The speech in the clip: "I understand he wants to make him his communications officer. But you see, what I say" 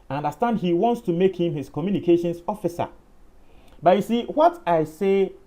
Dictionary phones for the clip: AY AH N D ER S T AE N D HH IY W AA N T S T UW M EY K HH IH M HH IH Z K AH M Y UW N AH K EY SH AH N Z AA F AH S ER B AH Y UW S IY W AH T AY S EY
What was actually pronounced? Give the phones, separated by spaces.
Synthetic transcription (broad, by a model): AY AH N D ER S T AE N D HH IY W AA N T S T UW M EY K HH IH M HH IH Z K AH M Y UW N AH K EY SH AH N S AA F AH S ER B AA Y UW S IY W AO T AY S EY